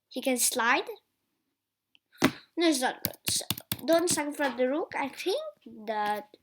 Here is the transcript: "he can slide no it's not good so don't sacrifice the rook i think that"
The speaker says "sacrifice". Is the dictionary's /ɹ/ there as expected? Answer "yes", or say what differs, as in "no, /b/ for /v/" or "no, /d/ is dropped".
no, /ɹ/ is dropped